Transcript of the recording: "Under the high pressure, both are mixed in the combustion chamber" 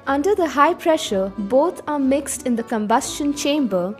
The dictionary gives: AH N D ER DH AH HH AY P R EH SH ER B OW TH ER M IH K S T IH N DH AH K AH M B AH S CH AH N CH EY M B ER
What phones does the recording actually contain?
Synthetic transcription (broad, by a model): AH N D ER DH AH HH AY P R EH SH ER B OW T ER M IH K S T IH N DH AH K AH M B AH S CH AH N CH EY M B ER